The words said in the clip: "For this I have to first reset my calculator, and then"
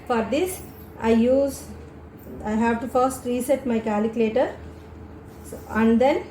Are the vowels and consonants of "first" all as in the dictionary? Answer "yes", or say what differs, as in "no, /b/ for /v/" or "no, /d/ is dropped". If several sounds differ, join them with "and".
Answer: yes